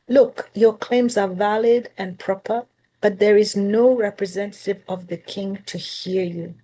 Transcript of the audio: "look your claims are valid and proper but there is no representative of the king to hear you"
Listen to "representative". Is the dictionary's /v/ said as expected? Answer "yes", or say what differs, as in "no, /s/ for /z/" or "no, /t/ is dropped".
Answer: yes